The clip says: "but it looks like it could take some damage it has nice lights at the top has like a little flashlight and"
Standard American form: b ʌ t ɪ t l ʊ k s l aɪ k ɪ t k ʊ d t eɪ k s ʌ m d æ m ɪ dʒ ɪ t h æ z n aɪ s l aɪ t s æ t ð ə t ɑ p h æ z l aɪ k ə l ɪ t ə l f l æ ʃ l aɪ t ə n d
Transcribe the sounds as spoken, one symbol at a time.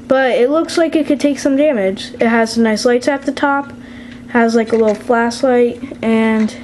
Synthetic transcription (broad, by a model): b ʌ t ɪ t l ʊ k s l aɪ k ɪ t k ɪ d t eɪ k s ʌ m d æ m ɪ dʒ ɪ t h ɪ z n aɪ s l aɪ t s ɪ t ð ə t ɑ p h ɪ z l aɪ k ə l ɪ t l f l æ s l aɪ t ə n